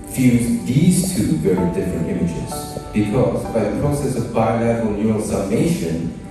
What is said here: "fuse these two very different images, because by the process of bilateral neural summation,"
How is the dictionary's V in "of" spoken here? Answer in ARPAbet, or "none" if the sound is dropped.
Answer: V